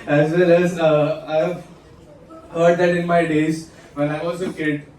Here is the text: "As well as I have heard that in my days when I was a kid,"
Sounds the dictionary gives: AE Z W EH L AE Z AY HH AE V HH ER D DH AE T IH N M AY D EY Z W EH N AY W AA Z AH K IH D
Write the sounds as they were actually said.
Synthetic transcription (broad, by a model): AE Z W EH L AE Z AY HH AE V HH ER D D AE T IH N M AY D EY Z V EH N AY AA S AH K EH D